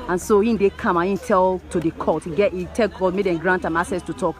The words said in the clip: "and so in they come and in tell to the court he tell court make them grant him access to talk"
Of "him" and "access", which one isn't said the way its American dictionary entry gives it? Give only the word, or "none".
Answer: access